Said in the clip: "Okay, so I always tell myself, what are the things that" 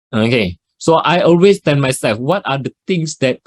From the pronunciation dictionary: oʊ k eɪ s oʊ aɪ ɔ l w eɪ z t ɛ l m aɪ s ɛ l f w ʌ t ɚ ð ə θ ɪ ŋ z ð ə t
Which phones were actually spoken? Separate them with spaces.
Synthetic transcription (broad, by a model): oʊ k eɪ s oʊ aɪ ɔ l w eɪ s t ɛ n m aɪ s ɛ l f w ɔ t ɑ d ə t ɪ ŋ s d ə t